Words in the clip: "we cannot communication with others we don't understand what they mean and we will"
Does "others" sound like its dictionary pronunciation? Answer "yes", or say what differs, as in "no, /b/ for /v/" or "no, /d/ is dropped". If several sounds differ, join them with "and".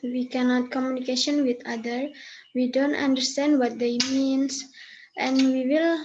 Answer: no, /z/ is dropped